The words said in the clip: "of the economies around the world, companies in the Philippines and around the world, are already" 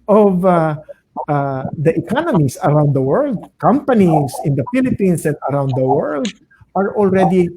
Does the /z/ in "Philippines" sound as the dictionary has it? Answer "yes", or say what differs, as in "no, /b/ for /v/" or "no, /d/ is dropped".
no, /s/ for /z/